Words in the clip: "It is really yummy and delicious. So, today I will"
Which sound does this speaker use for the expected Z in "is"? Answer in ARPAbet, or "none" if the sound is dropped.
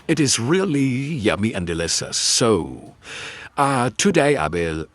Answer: Z